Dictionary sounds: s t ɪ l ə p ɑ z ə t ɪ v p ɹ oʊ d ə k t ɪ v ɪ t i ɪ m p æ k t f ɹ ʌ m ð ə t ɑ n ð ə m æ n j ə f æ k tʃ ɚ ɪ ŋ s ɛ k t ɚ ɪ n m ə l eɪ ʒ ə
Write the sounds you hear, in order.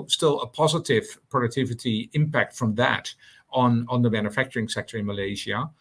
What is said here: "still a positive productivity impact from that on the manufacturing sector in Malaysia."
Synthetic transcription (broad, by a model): s t ɪ l ə p ɑ z ə t ɪ v p ɹ oʊ d ə k t ɪ v ɪ t i ɪ m p æ k t f ɹ ʌ m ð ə t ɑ n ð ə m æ n j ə f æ k tʃ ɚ ɪ ŋ s ɛ k t ɚ ɪ n m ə l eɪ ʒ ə